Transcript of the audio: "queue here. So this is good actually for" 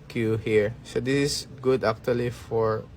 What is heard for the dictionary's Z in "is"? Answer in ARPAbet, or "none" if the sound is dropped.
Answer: S